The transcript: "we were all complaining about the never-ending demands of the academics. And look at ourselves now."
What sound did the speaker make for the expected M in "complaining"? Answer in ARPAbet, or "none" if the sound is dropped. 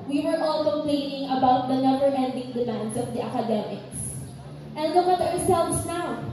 none